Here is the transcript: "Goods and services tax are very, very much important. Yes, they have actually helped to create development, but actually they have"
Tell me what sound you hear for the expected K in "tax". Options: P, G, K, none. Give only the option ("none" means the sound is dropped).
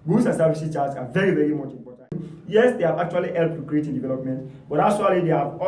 none